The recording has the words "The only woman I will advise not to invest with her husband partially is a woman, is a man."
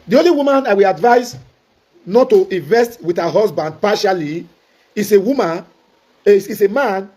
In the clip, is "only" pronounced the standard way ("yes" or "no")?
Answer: yes